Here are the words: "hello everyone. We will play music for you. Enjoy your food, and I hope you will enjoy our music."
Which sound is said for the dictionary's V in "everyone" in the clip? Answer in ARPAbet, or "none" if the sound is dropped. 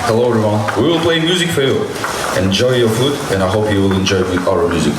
none